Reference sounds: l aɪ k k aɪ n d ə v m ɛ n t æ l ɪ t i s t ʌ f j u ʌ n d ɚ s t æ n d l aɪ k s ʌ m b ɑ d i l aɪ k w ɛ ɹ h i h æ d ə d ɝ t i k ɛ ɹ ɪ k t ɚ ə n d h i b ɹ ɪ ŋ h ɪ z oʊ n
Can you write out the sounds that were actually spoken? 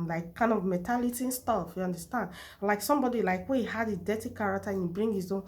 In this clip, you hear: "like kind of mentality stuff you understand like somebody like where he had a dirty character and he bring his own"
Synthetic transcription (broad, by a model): l aɪ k k aɪ n d ə v m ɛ t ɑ l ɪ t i s t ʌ f j u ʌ n d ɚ s t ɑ n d l aɪ k s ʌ m b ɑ d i l aɪ k w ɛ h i h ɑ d ə d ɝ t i k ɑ ɹ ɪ k t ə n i b ɹ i ŋ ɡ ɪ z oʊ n